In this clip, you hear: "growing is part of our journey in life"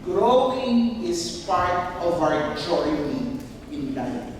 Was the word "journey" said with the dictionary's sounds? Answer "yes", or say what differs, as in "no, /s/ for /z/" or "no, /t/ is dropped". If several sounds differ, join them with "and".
no, /n/ is dropped